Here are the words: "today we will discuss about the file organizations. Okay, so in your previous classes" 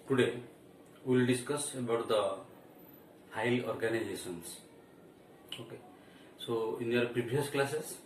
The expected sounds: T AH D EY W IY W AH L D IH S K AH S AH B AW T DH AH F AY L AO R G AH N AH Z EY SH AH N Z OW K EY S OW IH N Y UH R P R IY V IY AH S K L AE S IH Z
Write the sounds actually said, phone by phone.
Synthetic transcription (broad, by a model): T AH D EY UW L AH D IH S K AH S AH B AW T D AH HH AY L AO R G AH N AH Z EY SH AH N S OW K EY S OW IH N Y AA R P R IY B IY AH S K L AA S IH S